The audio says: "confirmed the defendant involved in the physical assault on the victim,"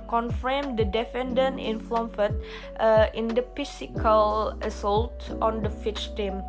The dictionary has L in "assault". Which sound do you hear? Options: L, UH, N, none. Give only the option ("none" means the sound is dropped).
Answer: L